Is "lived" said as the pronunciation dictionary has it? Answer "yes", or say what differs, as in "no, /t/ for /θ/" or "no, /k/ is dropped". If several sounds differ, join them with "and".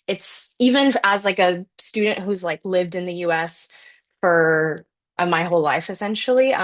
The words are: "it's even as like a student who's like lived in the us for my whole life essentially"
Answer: yes